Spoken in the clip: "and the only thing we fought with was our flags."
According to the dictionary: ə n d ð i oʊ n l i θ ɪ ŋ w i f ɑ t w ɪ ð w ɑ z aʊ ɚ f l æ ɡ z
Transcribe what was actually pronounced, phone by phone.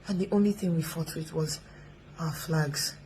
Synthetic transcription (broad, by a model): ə n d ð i oʊ n l i θ ɪ ŋ w i f ɑ t w ɪ ð w ɑ z aʊ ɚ f l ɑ ɡ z